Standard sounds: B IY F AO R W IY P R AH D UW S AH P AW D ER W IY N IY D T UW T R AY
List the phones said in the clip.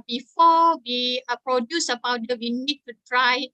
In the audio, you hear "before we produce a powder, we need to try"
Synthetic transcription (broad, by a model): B IY F AO W IY P R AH D UW S AH B AW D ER W IY N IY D T UW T R AY